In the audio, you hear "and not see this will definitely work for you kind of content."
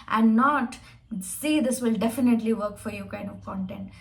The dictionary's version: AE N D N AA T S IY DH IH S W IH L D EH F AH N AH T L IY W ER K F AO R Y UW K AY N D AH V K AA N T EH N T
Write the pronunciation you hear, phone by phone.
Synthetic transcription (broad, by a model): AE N D N AA T S IY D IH S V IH L D EH F AH N AH T L IY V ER K F AO R Y UW K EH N AH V K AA N T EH N T